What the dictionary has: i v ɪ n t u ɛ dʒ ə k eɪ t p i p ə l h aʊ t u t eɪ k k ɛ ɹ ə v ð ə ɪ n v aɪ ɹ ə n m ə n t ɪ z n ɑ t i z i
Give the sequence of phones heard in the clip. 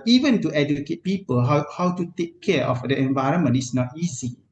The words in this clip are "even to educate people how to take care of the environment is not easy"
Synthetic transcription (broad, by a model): i v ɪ n t u ɛ dʒ ə k eɪ t p i p ə l h aʊ t u t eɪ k k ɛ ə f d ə ɪ n v aɪ ɹ ə n m ə n t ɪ s n ɑ t i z i